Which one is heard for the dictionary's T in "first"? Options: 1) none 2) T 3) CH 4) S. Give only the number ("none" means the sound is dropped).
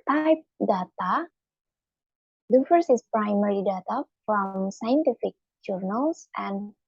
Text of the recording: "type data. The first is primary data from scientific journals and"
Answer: 1